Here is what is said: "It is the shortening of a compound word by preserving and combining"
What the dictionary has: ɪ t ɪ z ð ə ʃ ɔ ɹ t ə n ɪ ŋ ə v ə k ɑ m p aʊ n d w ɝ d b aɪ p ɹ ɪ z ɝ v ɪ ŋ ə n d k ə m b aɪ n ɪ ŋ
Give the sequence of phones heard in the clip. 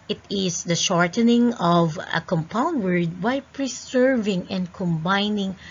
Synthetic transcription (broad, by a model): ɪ t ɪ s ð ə ʃ ɔ ɹ t ə n ɪ ŋ ə v ə k ɑ m p aʊ n d w ɝ d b aɪ p ɹ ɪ s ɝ v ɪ ŋ ə n d k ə m b aɪ n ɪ ŋ